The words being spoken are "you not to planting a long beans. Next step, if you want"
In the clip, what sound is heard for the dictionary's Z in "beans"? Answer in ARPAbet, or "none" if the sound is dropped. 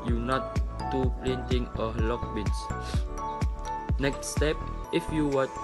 S